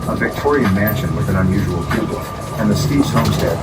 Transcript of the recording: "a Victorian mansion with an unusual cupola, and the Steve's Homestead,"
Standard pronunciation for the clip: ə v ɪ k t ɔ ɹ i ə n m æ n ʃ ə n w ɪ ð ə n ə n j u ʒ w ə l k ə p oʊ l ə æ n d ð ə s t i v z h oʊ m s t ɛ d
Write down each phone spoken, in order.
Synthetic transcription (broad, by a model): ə v ɪ k t ɔ ɹ i ə n m æ n ʃ ə n w ɪ ð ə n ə n j u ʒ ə l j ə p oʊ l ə n ð ə s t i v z h oʊ m s t ɛ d